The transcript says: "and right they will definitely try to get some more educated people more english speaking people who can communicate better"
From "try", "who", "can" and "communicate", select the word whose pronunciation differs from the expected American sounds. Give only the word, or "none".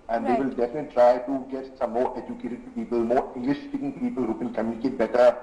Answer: can